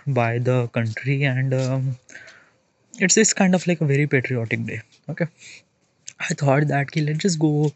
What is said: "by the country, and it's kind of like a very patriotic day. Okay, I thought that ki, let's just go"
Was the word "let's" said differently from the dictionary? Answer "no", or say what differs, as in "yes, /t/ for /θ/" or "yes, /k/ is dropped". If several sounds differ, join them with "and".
yes, /s/ is dropped